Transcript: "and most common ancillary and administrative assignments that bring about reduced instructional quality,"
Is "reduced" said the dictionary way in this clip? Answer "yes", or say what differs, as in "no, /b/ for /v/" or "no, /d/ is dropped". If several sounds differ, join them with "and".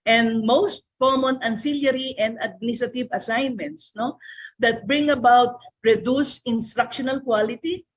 no, /t/ is dropped